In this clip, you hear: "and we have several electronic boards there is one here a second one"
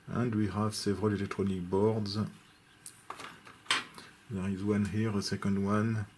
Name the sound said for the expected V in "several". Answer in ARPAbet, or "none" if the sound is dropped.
V